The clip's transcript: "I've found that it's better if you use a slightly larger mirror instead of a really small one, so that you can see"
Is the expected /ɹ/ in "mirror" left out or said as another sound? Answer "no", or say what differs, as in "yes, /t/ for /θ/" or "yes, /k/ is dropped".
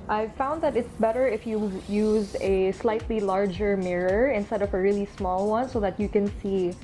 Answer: no